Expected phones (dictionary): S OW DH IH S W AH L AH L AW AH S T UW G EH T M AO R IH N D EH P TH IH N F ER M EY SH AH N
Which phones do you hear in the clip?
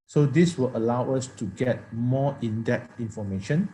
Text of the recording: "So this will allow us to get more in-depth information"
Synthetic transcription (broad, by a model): S OW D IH S W AH L AH L AW AH S T UW G EH T M AO IH N D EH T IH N F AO M EY SH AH N